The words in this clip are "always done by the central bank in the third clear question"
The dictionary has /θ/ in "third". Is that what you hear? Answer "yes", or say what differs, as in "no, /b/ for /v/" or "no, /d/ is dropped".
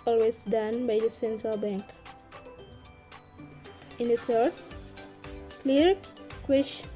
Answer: no, /s/ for /θ/